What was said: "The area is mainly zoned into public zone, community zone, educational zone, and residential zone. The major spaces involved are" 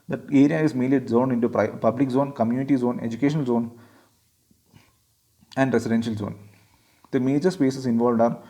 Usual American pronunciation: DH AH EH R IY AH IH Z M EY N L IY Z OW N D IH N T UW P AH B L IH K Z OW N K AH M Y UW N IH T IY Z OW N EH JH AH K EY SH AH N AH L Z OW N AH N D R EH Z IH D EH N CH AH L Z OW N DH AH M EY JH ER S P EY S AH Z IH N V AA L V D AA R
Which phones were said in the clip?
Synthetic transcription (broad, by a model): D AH EH R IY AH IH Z M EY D L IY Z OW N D IH N T UW P AH B L IH K Z OW N K AH M Y UW N IH T IY Z OW N EH JH AH K EY SH AH N AH L Z OW N AH N D R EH S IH D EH N SH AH L Z OW N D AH M EY JH ER S P EY S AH S IH N V AA L V D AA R